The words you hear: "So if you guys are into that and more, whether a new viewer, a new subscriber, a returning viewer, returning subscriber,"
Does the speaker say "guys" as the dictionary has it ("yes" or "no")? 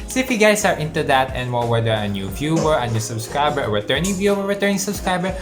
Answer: no